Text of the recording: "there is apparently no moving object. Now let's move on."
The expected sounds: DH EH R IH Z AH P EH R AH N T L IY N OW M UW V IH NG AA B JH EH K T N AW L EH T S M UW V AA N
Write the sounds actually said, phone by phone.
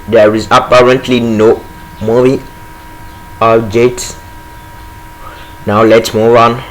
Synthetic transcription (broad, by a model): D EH R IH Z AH P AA R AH N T L IY N OW M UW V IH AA JH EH T N AW L EH T S M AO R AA N